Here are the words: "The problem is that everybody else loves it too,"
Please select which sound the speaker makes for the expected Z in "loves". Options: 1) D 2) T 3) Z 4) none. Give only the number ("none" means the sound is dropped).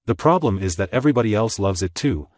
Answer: 3